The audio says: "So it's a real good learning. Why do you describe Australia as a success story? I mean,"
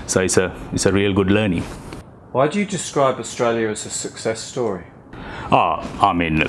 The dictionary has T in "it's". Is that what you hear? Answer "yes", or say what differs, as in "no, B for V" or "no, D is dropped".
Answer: yes